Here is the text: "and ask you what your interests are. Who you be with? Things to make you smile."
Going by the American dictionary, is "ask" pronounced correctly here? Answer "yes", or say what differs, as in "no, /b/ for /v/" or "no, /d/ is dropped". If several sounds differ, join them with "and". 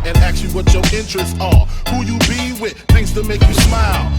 no, /s/ is dropped